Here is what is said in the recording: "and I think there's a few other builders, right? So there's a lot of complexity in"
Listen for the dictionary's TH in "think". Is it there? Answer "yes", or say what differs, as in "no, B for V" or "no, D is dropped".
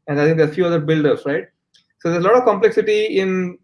no, T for TH